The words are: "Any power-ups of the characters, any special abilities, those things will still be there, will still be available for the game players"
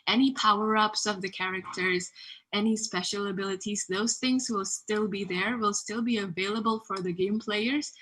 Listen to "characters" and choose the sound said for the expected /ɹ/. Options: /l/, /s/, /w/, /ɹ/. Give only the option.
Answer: /ɹ/